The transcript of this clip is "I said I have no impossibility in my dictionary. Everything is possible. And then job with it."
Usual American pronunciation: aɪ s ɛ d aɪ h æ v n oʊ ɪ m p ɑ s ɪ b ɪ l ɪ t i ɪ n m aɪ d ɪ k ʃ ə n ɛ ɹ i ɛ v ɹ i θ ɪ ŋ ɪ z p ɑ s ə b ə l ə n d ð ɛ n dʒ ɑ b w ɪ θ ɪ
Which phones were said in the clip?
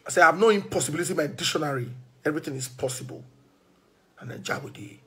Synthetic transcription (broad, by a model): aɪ s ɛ aɪ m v n oʊ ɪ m p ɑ s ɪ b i l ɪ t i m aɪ d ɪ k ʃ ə n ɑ ɹ i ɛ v ɹ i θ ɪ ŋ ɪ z p ɑ s ə b ə l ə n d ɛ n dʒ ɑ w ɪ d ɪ